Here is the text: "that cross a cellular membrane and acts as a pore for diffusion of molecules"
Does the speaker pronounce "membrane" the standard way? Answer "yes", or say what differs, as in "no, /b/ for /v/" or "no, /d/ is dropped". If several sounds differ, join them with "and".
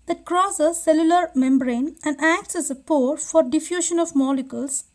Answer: yes